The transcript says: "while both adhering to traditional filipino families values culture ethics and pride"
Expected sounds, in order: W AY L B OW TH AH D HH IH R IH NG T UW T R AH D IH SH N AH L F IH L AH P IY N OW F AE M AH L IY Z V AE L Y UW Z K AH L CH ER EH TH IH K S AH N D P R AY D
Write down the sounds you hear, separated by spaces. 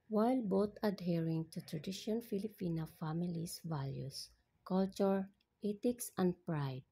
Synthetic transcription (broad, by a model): W AY L B OW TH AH D HH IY R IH NG T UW T R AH D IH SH AH N F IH L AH P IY N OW F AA M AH L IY S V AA L Y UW S K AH L CH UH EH T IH K S AH N D P R AY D